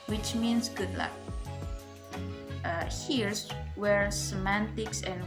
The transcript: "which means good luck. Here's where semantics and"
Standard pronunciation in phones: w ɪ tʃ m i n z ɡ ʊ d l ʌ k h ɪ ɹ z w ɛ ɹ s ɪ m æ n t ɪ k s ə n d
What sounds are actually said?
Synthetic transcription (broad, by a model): w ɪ tʃ m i n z ɡ ʊ d l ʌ k h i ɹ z w ɛ ɹ s ɪ m æ n t ɪ k s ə n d